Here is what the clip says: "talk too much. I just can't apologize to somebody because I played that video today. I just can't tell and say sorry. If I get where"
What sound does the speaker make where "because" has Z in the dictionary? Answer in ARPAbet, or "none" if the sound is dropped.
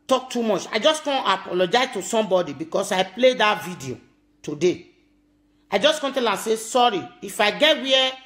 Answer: S